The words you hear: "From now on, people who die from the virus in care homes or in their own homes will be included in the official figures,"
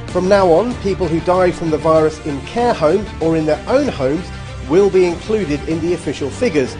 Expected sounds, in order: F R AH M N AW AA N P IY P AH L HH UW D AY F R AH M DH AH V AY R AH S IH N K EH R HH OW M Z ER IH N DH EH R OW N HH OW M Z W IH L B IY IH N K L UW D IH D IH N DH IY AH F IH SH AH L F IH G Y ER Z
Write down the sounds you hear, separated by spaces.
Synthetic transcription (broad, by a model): F R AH M N AW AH N P IY P AH L HH UW D AY F R AH M DH AH V AY R AH S IH N K EH HH OW M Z ER IH N DH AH R OW N HH OW M Z W IH L B IY IH N K L UW D IH D IH N DH IY AH F IH SH AH L F IH G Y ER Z